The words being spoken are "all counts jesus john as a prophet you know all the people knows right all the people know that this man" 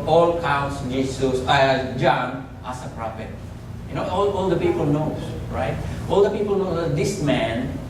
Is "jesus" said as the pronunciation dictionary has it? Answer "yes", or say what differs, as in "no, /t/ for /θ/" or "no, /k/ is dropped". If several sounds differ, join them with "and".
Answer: no, /s/ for /z/